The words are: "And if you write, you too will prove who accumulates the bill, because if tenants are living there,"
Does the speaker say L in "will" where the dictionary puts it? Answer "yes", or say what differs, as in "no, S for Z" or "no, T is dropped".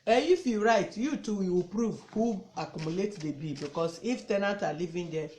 no, W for L